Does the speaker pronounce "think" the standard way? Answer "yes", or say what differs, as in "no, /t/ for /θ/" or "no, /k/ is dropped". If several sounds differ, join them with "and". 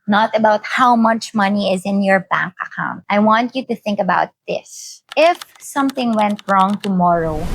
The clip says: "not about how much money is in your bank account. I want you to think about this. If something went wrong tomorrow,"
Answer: yes